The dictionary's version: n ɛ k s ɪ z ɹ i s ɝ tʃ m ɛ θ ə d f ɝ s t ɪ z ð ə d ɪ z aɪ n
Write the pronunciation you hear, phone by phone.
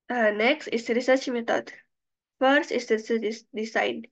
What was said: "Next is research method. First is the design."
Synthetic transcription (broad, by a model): n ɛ k s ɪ s ɹ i s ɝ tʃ m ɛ t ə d f ɝ s t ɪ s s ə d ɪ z aɪ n